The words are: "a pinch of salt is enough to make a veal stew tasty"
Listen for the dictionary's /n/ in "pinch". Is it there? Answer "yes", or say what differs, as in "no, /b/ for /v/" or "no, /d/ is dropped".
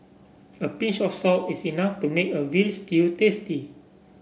no, /n/ is dropped